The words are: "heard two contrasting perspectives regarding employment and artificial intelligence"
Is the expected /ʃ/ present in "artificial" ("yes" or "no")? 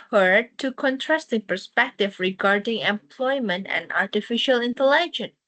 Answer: yes